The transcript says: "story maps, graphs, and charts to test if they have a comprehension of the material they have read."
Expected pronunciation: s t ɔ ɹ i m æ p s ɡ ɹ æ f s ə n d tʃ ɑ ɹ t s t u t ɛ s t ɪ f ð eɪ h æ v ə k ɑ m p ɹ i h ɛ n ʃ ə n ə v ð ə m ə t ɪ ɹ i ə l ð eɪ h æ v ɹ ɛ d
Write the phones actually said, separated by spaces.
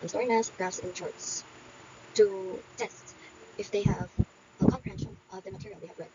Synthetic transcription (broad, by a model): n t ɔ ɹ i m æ s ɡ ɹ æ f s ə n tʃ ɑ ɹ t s t u t ɛ s t ɪ f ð eɪ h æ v ə k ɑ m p ɹ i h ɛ n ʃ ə n ə v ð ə m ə t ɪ ɹ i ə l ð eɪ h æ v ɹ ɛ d